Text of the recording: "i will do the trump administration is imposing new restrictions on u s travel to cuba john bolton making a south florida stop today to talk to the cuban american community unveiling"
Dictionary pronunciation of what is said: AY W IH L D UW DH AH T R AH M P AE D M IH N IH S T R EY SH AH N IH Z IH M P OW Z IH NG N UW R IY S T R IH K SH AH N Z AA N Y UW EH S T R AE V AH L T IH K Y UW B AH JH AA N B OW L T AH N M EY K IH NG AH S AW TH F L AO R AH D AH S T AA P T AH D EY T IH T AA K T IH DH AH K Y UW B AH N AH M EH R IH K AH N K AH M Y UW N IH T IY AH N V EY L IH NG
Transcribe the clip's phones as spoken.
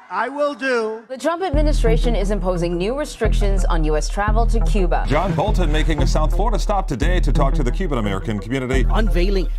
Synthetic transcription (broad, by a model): AY W IH L D UW DH AH T R AH M P AE D M IH N IH S T R EY SH AH N IH Z IH M P OW Z IH NG N UW R IY S T R IH K SH AH N Z N Y UW EH S T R AE V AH L T IH K Y UW B AH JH AA N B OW L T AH N M EY K IH NG AH S AW TH F L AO R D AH S T AA P T AH D EY T IH T AA K T IH DH AH K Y UW B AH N AH M EH R IH K AH N K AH M Y UW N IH T IY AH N V EY L IH NG